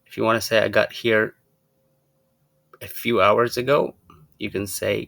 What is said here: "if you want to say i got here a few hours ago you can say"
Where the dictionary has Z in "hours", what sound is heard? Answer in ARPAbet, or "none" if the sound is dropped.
Z